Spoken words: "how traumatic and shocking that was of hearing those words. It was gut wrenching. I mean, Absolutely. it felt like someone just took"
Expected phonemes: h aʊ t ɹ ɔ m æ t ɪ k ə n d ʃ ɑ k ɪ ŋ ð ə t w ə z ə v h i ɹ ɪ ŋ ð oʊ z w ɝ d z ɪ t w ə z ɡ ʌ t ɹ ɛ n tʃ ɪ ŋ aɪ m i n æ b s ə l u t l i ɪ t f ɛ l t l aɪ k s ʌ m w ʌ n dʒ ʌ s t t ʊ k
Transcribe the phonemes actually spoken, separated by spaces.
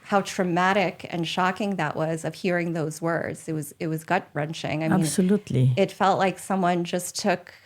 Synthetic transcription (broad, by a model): h aʊ t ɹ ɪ m æ t ɪ k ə n ʃ ɑ k ɪ ŋ ð ə t w ə z ə v h i ɹ ɪ ŋ ð oʊ z w ɝ d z ɪ t w ə z ɡ ʌ t ɹ ɛ n tʃ ɪ ŋ aɪ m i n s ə l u t l i ɪ t f ɛ l t l aɪ k s ʌ m w ʌ n dʒ ʌ s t t ʊ k